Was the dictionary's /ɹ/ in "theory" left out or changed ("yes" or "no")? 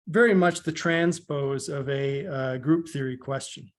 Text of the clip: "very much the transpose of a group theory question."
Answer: no